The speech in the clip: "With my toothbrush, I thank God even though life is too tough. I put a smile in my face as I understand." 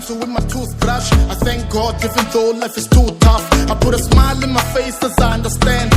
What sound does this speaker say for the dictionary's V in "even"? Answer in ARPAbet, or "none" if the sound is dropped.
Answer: F